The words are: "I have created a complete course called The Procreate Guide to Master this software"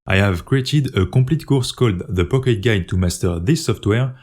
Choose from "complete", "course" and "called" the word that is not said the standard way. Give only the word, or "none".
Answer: complete